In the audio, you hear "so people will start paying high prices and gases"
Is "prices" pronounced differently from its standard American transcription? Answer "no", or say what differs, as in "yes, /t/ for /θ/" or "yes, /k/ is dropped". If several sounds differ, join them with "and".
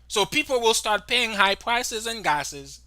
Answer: no